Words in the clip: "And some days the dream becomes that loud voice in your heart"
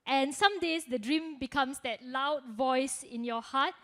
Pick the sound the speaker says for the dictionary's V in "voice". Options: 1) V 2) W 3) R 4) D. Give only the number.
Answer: 1